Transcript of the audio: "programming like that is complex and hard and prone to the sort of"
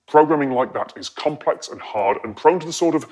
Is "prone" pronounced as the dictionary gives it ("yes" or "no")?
yes